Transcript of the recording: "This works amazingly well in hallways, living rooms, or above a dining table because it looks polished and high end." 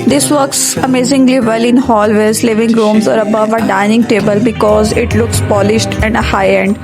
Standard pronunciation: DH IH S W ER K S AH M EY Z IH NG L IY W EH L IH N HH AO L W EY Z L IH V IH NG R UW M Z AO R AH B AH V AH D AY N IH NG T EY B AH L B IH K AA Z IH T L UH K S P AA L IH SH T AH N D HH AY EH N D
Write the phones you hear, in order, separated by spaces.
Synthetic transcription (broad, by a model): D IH S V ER K S AH M EY Z IH NG L IY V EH L IH N HH AO L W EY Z L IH V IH NG R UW M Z AO R AH B AH V AH D AY N IH NG T EY B AH L B IH K AA Z IH T L UH K S P AA L IH SH T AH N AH HH AY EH N D